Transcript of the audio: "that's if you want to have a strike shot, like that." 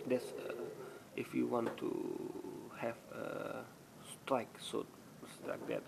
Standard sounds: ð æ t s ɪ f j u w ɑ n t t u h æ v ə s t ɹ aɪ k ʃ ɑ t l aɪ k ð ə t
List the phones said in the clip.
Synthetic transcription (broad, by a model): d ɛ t s ɪ f j u w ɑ n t t u h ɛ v ə s t ɹ aɪ k s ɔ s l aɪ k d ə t